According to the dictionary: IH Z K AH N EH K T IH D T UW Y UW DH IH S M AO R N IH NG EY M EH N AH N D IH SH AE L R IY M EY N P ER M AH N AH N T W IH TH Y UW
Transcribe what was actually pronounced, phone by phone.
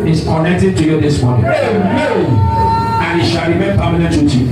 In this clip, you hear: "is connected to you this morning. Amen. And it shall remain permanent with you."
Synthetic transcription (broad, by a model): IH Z K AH N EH K T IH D T UW Y UW DH IH S M AO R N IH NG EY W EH AH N IH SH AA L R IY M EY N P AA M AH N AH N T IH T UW